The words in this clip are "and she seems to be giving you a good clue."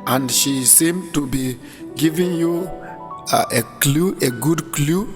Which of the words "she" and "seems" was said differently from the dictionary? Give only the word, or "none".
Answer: seems